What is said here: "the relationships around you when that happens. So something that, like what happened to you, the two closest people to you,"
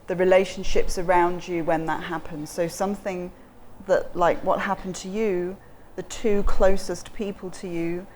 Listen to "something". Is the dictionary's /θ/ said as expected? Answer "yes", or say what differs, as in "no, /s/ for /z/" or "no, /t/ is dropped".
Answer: yes